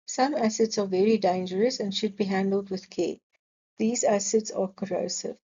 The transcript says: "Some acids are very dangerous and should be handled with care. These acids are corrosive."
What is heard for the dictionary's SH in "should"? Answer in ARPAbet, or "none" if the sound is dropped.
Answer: SH